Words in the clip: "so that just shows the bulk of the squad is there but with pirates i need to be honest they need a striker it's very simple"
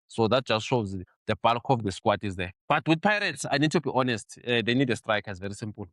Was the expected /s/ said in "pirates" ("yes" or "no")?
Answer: yes